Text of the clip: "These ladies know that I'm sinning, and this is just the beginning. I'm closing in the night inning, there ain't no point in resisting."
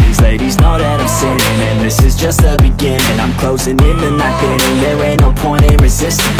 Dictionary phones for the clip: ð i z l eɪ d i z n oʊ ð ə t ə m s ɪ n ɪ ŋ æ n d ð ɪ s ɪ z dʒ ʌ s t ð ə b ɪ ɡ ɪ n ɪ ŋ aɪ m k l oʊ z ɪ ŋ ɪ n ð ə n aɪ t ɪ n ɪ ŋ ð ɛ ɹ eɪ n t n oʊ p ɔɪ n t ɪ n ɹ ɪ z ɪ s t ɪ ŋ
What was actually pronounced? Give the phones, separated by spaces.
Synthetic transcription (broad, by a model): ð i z l eɪ d i z n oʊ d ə t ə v s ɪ ɪ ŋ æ n ð ɪ s ɪ z dʒ ʌ s t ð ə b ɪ ɡ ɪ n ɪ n aɪ m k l oʊ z ɪ ŋ ɪ n ð ə n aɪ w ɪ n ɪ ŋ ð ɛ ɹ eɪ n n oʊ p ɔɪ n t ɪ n ɹ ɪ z ɪ s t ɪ